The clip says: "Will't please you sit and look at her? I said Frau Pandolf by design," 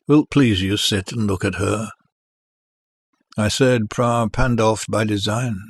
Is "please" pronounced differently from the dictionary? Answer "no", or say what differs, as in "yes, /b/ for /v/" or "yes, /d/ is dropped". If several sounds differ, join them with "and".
no